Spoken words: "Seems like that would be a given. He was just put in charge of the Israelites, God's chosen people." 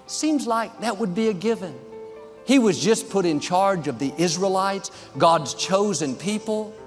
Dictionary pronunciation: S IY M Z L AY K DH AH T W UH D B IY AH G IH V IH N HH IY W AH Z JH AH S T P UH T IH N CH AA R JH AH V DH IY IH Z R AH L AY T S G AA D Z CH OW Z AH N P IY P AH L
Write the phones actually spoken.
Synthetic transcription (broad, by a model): S IY M Z L AY K DH AH T W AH D B IY AH G IH V IH N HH IY W AH Z JH AH S P UH T IH N CH AA R JH AH V DH IY IH Z R AH L AY T S G AA D Z CH OW Z AH N P IY P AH L